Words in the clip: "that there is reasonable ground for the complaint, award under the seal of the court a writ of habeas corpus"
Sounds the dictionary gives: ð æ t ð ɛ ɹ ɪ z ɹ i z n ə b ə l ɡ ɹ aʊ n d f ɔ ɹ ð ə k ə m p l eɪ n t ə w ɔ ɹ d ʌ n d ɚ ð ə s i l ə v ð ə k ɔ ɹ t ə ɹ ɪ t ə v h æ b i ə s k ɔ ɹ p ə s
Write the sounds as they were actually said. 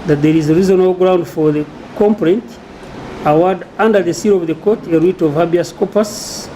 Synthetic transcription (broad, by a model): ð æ t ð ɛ ɹ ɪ z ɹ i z ə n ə l ɡ ɹ aʊ n d f ɔ ɹ ð ə k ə m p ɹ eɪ n t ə w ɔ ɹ d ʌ n d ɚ ð ə s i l ə v ð ə k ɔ t ə ɹ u t ə v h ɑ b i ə s k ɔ p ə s